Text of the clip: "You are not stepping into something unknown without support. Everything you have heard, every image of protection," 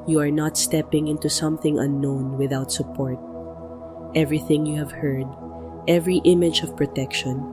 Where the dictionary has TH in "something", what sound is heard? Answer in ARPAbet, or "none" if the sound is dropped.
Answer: TH